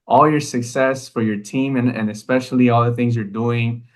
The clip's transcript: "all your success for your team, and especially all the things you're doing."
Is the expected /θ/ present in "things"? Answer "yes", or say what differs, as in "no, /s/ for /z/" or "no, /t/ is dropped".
yes